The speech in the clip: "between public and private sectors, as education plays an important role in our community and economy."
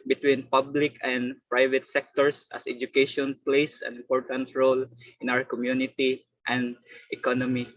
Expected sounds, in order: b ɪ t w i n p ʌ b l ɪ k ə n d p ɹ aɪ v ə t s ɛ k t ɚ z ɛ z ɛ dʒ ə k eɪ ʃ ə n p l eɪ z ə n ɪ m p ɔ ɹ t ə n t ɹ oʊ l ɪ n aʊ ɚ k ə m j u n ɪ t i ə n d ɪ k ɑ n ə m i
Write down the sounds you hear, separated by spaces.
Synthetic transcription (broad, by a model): b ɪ t w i n p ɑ b l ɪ k ə n d p ɹ aɪ v ə t s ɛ k t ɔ s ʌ s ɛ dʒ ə k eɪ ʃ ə n p l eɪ s ə n ɪ m p ɔ ɹ t ə n t ɹ oʊ l ɪ n aʊ ɚ k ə m j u n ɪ t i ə n d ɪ k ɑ n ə m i